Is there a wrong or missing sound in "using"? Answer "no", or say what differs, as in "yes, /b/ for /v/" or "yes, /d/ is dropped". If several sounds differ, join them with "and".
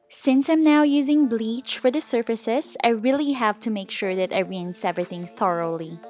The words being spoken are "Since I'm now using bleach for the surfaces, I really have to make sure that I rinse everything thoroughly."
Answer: no